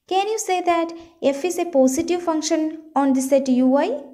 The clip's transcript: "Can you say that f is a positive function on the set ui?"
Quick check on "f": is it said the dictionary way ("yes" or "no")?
yes